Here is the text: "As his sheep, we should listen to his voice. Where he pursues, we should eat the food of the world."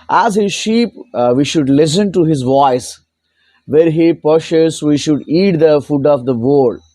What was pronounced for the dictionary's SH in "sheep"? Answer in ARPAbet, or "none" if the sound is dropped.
SH